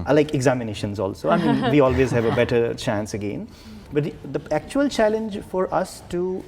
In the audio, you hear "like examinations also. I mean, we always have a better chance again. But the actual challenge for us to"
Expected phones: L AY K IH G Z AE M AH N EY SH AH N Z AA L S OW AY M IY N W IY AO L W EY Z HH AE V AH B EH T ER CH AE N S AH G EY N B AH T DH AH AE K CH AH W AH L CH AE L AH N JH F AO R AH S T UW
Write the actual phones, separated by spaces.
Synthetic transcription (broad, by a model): L AY K IH G Z AE M AH N EY SH AH N Z AA L S OW AY M IY N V IY AO L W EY Z HH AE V AH B EH T ER CH AE N S AH G EY N B AH T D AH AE K CH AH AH L CH AE L AH N JH F AO R AH S T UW